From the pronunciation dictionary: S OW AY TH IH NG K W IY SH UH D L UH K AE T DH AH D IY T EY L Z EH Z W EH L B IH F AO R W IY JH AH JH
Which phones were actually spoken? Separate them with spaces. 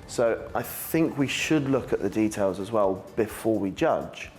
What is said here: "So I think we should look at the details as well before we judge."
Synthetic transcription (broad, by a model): S OW AY TH IH NG K W IY SH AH D L UH K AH T DH AH D IY T EY L Z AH Z W EH L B IH F AO W IY JH AH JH